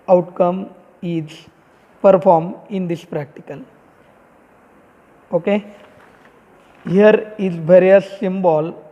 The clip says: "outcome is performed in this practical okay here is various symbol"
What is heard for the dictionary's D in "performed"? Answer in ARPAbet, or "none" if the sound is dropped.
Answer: none